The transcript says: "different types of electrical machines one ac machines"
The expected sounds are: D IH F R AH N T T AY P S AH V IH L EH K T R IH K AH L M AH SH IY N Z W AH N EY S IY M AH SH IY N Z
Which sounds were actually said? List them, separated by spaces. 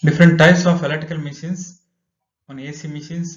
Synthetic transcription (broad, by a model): D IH F R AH N T T AY P S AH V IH L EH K T IH K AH L M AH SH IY N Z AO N EY S IY M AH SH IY N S